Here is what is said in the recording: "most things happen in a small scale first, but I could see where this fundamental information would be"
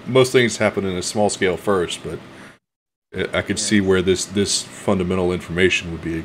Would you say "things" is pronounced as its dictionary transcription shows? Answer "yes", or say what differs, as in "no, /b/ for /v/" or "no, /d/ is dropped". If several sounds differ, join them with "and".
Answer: yes